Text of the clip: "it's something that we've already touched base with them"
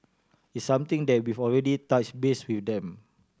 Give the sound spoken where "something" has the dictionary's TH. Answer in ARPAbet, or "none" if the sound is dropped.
T